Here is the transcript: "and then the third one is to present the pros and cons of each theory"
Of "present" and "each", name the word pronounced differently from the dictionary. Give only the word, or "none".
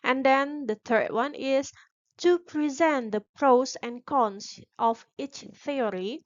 none